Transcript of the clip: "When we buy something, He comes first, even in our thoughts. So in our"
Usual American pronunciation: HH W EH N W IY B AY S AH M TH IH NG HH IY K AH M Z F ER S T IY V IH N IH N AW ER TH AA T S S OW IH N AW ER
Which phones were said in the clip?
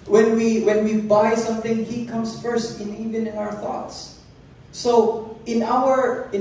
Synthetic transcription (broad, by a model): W W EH N W IY B AY S AH M TH IH NG HH IY K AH M S F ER S T IY V IH N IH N AW ER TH AA T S S OW IH N AW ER